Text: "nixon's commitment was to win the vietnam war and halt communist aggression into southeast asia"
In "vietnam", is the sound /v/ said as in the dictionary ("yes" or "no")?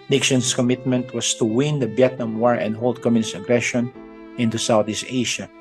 no